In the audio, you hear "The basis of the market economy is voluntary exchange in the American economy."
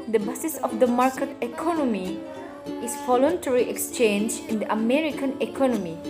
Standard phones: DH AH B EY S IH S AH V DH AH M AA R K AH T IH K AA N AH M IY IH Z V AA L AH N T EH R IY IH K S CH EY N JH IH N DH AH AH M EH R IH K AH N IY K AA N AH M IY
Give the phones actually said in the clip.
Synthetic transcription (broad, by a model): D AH B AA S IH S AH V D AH M AA R K AH T IH K AA N AH M IY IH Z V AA L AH N T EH R IY IH K S CH EY N JH IH N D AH AH M EH R IH K AH N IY K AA N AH M IY